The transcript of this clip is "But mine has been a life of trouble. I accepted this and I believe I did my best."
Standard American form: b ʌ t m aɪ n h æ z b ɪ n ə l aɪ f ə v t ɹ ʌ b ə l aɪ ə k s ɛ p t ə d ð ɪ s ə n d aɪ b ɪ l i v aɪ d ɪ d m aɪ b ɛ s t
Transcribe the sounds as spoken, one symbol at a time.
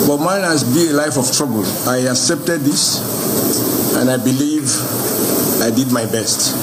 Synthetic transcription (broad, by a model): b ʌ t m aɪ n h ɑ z b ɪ ə l aɪ f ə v t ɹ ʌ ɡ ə l aɪ ə k s ɛ p t ə d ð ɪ s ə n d aɪ b ɪ l i v aɪ d ɪ d m aɪ b ɛ s t